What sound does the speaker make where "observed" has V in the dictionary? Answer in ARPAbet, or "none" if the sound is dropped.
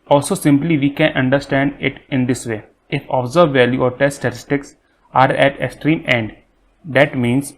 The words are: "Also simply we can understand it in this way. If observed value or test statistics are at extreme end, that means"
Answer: none